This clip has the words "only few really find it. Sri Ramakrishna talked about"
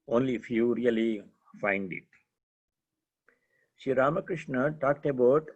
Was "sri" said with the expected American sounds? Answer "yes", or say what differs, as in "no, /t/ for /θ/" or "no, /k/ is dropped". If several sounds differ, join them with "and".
no, /ɹ/ is dropped